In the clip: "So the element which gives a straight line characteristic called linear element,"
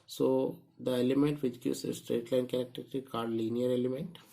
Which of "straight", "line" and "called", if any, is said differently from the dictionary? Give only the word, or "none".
called